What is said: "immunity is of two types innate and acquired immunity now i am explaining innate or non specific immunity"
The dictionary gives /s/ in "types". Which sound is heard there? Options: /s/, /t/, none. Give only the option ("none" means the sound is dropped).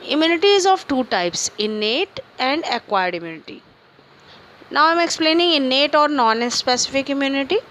/s/